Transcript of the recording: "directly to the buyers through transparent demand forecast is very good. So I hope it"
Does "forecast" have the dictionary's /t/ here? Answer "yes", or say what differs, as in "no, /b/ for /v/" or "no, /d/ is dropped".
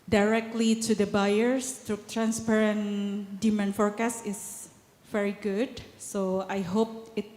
no, /t/ is dropped